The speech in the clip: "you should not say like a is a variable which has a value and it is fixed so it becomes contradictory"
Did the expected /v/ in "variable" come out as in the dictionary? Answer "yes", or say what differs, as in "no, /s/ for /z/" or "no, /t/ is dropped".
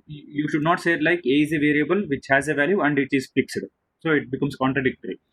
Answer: yes